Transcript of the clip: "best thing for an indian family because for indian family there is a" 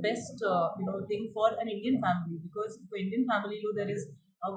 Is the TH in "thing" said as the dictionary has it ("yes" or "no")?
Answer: no